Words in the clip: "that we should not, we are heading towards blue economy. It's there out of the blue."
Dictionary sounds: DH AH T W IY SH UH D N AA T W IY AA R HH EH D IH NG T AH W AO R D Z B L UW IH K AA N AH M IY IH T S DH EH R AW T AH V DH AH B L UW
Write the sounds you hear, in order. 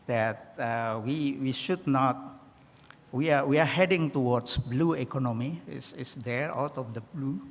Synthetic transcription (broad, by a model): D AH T W IY SH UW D N AA T W IY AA W HH EH D IH NG T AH W AO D S B L UW IH K AA N AH M IY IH S S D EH R AW T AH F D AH B L UW